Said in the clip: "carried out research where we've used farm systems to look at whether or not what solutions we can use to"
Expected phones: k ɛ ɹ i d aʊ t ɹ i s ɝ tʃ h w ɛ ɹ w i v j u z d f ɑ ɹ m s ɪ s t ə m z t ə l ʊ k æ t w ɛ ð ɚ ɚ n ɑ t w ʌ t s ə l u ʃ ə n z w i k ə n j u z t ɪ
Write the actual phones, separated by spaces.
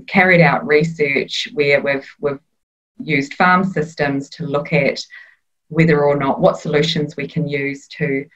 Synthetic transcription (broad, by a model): k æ ɹ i d aʊ t ɹ i s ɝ tʃ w w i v w i v j u z d f ɑ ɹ m s ɪ s t ə m z t ə l ʊ k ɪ t w ɛ ð ɚ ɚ n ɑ t w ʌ t s ə l u ʃ ə n z w i k ə n j u z t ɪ